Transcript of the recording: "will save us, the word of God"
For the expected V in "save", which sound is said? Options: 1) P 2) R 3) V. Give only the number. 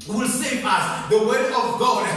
1